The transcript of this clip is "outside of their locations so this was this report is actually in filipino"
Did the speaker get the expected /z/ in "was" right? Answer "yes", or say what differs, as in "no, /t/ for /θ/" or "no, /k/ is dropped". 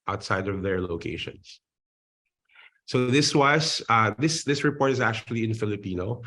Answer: no, /s/ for /z/